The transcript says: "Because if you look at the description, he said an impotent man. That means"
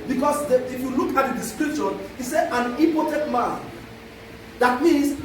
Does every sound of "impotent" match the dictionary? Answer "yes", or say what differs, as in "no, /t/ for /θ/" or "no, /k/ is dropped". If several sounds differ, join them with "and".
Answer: no, /m/ is dropped